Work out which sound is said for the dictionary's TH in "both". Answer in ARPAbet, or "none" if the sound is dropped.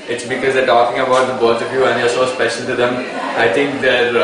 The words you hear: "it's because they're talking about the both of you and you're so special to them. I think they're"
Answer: T